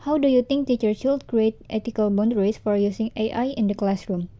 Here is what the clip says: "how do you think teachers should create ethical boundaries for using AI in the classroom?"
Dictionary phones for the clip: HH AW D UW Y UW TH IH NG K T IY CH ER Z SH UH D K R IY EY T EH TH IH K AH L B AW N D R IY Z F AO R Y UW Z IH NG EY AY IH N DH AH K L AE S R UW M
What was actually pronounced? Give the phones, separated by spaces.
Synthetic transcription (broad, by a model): HH AW D UW Y UW T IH NG K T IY CH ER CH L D K R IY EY T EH T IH K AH L B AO N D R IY S F AO R Y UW S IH NG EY AY IH N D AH K L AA S R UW M